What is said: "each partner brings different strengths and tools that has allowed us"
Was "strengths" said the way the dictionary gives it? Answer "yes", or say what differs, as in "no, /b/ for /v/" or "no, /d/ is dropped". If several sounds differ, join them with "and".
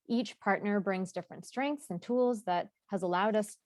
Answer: yes